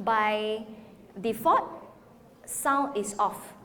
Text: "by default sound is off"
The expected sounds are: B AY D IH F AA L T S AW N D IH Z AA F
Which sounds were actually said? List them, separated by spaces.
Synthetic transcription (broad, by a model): B AY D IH F AA T S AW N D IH S AA F